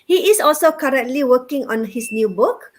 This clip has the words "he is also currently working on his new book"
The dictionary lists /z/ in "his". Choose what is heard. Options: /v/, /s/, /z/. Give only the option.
/s/